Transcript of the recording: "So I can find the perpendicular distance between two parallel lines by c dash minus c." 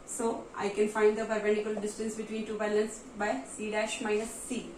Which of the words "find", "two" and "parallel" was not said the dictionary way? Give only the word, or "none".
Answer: parallel